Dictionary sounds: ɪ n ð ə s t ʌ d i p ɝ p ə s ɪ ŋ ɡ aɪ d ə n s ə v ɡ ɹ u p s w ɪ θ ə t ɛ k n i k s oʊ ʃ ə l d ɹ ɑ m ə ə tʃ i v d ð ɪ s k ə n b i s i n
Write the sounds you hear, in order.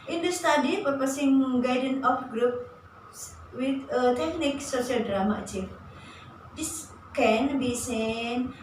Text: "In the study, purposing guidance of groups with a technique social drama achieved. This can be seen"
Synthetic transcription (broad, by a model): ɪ n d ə s t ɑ d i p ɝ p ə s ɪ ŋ ɡ aɪ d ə n ə f ɡ ɹ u p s w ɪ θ ə t ɛ k n i k s oʊ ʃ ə l d ɹ ɑ m ə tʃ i f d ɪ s k ə n b i s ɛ n